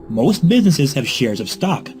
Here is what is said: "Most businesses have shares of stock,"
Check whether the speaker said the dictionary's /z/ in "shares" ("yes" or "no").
yes